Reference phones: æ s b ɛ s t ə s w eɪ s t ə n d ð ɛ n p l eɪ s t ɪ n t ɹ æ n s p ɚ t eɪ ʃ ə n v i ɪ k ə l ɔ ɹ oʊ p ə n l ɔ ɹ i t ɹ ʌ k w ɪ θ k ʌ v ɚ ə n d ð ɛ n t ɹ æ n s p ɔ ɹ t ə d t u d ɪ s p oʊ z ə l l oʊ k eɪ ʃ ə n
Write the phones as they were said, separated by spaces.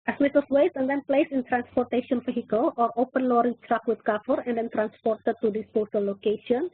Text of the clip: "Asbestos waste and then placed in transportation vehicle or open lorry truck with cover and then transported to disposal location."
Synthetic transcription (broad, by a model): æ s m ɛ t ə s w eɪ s ə n d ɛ n p l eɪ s ɪ n t ɹ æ n s p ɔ t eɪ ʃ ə n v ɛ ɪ k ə l ɔ ɹ oʊ p ə n l ɔ ɹ i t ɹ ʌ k w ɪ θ k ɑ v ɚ ə n d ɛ n t ɹ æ n s p ɔ ɹ t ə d t u d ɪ s p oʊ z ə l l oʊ k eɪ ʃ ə n